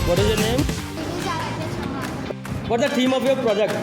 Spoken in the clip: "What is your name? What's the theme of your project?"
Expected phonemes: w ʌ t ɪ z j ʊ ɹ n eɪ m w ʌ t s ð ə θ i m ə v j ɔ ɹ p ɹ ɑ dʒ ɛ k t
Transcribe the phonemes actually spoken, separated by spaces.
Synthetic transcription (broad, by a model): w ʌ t ɪ z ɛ n eɪ m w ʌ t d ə t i m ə p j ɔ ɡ p ɹ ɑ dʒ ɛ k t